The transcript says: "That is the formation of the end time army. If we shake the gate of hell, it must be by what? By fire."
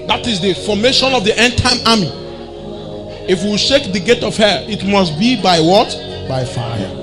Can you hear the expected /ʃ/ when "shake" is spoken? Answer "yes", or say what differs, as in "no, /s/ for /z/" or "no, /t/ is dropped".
yes